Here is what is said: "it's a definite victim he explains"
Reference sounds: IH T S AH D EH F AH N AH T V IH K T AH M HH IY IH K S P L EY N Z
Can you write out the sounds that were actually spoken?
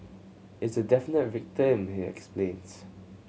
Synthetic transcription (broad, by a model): IH T S AH D EH F AH N AH T V IH K T AH M HH IY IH K S P L EY N S